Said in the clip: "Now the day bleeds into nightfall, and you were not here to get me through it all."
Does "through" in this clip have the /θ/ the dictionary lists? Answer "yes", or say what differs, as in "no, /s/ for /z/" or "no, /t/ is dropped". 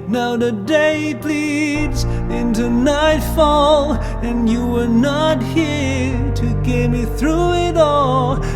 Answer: yes